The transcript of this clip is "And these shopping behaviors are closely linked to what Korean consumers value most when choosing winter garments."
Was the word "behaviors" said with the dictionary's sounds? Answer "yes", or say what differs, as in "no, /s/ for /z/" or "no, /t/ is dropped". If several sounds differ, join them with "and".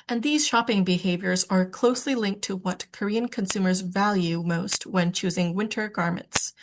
yes